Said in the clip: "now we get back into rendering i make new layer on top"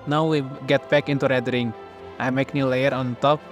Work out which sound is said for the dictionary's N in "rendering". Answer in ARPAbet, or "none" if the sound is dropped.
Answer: none